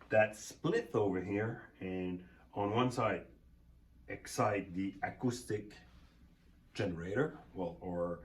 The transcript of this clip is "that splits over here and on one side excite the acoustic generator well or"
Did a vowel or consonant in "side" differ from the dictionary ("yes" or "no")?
no